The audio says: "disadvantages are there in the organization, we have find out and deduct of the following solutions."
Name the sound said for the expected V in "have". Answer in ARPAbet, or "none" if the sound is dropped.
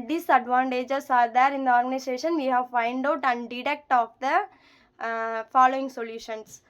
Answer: V